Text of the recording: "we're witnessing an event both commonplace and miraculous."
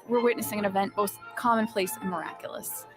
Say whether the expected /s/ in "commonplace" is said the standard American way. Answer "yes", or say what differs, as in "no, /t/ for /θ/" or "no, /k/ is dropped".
yes